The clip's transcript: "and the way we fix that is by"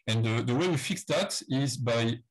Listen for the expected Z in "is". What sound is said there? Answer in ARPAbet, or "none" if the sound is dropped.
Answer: Z